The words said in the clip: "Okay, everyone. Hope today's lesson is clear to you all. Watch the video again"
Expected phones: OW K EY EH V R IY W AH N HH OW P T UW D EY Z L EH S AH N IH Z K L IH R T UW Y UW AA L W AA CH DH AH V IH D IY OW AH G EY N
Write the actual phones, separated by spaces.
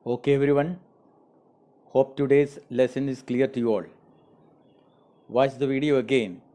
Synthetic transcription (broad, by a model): OW K EY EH V R IY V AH N HH OW P T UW D EY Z L EH S AH N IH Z K L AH R T UW Y UW AA L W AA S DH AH V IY D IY OW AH G EY N